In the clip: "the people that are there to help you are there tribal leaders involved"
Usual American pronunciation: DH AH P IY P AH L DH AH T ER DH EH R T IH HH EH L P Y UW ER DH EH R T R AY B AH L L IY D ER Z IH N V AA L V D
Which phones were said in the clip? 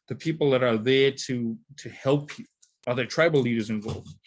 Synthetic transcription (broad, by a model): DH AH P IY P L DH AH T ER DH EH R T IH HH EH L P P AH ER DH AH R T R AY B L L IY D ER Z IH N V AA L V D